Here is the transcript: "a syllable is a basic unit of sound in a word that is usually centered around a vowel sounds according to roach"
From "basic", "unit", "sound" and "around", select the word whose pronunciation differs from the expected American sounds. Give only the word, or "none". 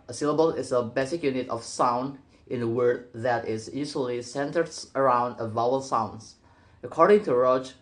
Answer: none